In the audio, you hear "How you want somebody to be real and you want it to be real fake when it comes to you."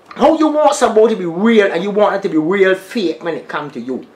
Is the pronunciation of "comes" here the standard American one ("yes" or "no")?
no